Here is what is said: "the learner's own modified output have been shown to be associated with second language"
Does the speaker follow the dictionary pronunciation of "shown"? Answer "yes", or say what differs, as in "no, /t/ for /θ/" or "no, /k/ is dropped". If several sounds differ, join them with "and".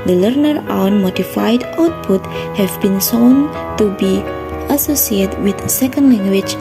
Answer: no, /s/ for /ʃ/